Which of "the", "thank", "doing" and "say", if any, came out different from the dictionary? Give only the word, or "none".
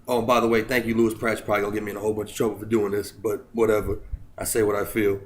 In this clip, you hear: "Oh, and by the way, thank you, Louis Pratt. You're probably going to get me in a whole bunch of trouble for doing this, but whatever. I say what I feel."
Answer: none